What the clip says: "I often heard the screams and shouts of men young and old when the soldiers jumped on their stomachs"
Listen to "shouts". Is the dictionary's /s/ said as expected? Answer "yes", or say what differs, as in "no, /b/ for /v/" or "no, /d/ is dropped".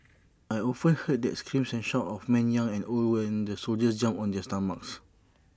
no, /s/ is dropped